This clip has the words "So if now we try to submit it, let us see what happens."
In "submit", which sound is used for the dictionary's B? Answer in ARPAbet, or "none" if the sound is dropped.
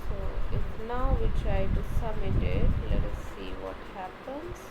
none